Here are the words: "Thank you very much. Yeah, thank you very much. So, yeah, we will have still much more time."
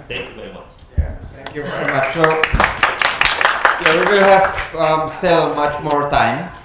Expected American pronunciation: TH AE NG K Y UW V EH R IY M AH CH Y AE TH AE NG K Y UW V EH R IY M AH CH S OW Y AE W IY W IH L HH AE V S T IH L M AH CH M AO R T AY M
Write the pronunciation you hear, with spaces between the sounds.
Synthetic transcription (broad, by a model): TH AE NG K Y UW V EH R IY M AH CH Y AE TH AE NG K Y UW V EH R IY M AH CH S OW Y AE W IY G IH N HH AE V S T IH L M AH CH M AO R T AY M